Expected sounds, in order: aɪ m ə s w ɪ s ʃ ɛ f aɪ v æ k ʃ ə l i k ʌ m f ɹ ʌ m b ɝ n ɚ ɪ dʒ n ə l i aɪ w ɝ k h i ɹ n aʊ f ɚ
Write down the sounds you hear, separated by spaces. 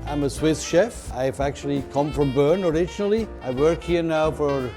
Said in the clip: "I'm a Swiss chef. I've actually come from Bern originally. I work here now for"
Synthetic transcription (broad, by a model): aɪ m ə s w ɪ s ʃ ɛ f aɪ v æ k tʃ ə l i k ʌ m f ɹ ʌ m b ɝ n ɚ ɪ dʒ n l i aɪ w ɝ k h i ɹ n aʊ f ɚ